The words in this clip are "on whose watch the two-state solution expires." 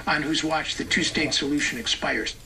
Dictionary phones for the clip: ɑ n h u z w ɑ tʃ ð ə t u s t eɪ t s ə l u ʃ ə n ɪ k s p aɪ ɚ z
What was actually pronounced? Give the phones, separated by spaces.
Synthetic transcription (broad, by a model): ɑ n h u z w ɑ tʃ ð ə t u s t eɪ t s ə l u ʃ ə n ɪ k s p aɪ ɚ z